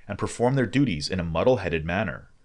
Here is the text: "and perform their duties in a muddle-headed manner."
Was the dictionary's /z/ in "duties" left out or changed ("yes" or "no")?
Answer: no